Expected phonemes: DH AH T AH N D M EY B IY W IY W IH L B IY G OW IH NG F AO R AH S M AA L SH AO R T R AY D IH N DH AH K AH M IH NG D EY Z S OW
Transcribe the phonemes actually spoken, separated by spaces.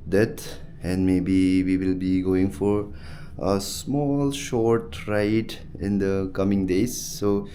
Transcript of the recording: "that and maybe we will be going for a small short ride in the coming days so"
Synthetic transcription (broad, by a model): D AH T AH N D M EY B IY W IY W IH L B IY G OW IH NG F AO R AH S M AA L SH AO R T R AY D IH N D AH K AH M IH NG D EY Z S OW